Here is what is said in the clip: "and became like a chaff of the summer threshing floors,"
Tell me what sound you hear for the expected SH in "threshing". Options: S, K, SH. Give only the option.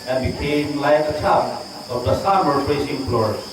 S